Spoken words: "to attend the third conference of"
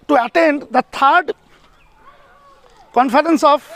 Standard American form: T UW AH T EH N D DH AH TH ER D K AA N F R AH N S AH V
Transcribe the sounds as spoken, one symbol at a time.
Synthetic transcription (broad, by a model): T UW AH T EH N D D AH T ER D K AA N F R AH N S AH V